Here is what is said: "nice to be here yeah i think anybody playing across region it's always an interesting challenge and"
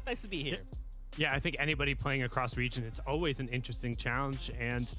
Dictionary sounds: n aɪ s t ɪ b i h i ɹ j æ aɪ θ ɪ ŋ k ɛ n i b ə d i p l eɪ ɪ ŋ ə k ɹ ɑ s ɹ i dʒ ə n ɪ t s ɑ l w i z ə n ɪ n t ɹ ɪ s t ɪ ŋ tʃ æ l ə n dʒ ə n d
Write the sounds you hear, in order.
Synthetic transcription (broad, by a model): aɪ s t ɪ b i h i ɹ j æ aɪ θ ɪ ŋ k ɛ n i b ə d i p l eɪ ɪ ŋ ə k ɹ ɑ s ɹ i dʒ ə n ɪ t s ɑ l w i z ə n ɪ n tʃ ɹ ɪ s t ɪ ŋ tʃ æ l ə n dʒ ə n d